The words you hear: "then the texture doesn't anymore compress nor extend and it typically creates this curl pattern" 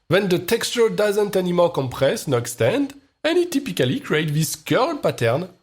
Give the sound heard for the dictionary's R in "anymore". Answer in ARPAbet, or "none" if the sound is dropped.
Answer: L